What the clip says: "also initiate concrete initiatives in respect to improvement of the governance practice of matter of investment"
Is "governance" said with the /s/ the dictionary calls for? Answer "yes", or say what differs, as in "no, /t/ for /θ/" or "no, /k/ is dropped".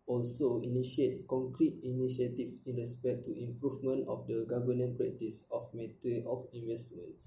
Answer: no, /s/ is dropped